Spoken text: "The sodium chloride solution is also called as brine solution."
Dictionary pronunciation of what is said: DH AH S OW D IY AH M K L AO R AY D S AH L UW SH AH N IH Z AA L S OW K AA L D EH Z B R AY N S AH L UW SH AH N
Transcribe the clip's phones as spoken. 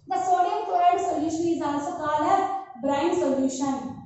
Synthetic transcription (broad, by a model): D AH S OW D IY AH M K AO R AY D S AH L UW SH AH N IH Z AA L S OW K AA L AO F B R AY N S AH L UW SH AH N